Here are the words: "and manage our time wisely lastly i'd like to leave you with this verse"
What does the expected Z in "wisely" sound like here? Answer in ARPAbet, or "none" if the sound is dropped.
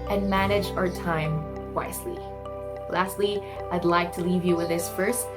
S